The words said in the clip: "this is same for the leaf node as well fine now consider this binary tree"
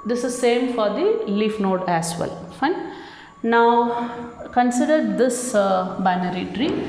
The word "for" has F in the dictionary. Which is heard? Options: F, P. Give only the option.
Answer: F